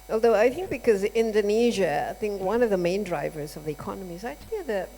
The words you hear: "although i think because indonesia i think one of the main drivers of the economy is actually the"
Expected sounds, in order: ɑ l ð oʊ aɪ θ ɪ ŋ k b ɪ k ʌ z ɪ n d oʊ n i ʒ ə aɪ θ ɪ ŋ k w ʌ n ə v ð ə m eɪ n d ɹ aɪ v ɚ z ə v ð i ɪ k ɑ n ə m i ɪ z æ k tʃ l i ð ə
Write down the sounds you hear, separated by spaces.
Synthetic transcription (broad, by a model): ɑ l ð oʊ aɪ θ ɪ ŋ k b ɪ k ʌ z ɪ n d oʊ n i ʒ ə aɪ θ ɪ ŋ k w ʌ n ə v ð ə m eɪ n d ɹ aɪ v ɚ z ə v ð i ɪ k ɑ n ə m i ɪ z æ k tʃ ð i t